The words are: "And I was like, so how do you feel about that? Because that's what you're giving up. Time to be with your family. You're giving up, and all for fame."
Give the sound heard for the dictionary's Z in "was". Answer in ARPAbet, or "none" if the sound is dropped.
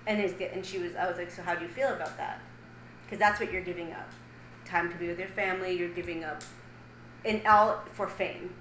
Z